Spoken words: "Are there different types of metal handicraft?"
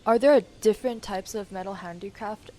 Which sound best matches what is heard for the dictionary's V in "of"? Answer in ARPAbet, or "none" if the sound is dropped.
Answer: V